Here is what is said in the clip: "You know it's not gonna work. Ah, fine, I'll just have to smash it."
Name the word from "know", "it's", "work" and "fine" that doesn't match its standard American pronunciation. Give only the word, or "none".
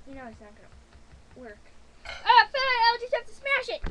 fine